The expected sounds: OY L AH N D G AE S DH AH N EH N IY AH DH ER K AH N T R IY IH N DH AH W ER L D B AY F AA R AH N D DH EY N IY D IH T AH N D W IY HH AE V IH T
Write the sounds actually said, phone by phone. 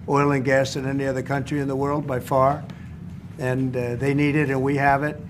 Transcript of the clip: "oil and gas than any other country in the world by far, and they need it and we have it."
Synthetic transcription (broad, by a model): OY L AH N G AE S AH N EH N IY AH DH ER K AH N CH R IY IH N DH AH W ER L D B AY F AA R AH N DH EY N IY D IH T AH N W IY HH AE V IH T